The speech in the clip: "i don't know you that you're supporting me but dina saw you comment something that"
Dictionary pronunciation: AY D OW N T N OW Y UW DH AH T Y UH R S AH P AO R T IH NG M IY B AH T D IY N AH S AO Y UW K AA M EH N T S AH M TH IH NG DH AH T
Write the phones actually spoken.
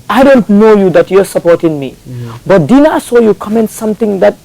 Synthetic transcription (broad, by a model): AY D OW N T N OW Y UW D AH T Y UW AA S AH P AO R T IH NG M IY B AH T D IY N AH S AO Y UW K AA M EH N T S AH M T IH NG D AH T